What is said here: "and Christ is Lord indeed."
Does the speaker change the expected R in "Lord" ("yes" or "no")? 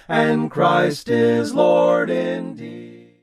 no